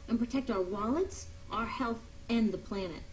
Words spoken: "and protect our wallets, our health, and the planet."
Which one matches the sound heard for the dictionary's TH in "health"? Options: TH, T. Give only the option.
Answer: TH